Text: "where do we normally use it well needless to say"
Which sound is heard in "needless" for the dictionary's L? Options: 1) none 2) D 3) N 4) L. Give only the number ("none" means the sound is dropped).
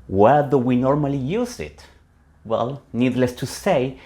4